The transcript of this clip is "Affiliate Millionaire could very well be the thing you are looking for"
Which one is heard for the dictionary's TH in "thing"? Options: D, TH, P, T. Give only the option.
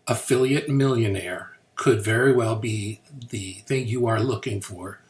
TH